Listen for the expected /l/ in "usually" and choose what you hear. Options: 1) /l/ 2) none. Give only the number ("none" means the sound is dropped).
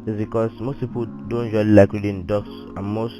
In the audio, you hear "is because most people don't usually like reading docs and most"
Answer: 2